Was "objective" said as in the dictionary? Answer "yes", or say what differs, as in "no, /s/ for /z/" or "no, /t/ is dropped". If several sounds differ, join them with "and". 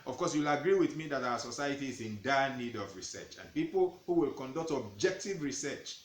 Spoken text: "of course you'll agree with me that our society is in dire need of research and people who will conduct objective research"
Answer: yes